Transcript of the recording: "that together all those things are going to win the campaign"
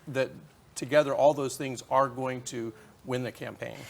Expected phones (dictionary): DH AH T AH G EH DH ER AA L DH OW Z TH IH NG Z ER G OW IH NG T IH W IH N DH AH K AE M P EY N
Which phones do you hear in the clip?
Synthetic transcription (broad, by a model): DH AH T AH G EH DH ER AA L DH OW Z TH IH NG Z ER G OW IH NG T IH W IH N DH AH K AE M P EY N